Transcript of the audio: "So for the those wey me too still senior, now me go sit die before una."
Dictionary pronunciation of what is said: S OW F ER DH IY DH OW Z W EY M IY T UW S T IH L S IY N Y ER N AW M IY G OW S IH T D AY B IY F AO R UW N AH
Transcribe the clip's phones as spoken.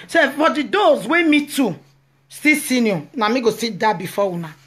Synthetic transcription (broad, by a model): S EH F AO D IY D OW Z W EY M IY T UW S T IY S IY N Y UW N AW M IY G OW S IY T D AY B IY F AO W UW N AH